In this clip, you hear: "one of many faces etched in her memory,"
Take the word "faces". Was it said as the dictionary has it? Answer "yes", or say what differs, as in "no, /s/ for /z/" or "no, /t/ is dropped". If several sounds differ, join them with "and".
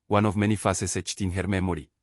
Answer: no, /s/ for /z/